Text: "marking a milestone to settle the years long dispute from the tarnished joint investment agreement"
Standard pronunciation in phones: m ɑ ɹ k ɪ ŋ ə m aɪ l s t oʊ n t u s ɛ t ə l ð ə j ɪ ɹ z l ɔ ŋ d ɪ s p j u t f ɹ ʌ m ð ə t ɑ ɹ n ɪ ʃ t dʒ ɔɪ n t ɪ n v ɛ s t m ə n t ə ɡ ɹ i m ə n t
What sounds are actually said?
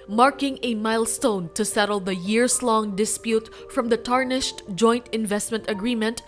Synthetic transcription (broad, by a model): m ɑ ɹ k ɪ ŋ ə m aɪ l s t oʊ n t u s ɛ t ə l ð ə j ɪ ɹ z l ɔ ŋ d ɪ s p j u t f ɹ ʌ m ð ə t ɑ ɹ n ɪ ʃ t dʒ ɔɪ n t ɪ n v ɛ s t m ə n t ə ɡ ɹ i m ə n t